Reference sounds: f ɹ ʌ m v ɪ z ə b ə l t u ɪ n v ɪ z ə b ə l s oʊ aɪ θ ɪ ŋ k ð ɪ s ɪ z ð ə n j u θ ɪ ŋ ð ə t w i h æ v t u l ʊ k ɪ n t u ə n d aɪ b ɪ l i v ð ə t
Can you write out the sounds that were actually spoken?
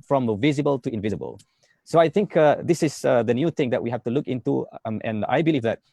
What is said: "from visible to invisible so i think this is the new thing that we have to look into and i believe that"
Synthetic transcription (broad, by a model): f ɹ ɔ m v ɪ z ə b ə l t u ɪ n v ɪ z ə b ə l s oʊ aɪ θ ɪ ŋ k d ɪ s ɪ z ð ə n j u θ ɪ ŋ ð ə t w i h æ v t u l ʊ k ɪ n t u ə n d aɪ b ɪ l i v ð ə t